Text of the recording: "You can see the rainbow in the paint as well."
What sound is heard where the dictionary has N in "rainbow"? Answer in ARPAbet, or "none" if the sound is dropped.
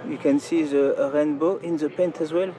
N